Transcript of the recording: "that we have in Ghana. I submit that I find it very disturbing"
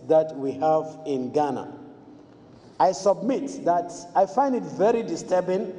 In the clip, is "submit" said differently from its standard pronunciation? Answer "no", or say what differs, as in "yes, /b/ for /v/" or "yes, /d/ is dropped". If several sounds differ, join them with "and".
no